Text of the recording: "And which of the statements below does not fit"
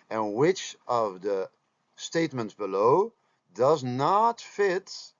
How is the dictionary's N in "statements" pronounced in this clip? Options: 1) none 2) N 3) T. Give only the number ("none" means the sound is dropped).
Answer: 2